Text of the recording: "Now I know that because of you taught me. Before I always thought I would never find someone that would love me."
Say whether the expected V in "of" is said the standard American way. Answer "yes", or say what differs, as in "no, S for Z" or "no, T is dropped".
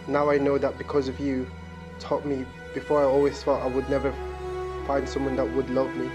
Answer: yes